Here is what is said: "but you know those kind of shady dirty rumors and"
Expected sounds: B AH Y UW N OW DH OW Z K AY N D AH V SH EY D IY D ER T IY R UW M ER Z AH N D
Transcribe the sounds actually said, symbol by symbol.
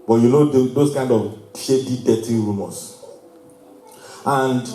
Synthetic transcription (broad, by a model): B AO Y UW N OW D OW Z K AY N D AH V SH EY D IY D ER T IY R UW M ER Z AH N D